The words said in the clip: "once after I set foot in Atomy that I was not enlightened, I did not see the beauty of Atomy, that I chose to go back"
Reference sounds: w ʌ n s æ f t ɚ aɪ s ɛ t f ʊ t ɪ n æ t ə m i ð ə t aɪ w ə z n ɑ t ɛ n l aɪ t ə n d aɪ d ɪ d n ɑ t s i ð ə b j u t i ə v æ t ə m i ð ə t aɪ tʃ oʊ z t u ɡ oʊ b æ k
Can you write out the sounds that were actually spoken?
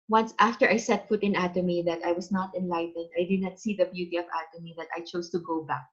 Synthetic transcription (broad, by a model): w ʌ n s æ f t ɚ aɪ s ɛ t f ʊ t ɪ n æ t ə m i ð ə t aɪ w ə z n ɑ t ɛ n l aɪ t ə n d aɪ d ɪ d n ɑ t s i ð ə b j u t i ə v æ t ə m i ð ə t aɪ tʃ oʊ s t u ɡ oʊ b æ k